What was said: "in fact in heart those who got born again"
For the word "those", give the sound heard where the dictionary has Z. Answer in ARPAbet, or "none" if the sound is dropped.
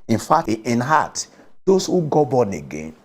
S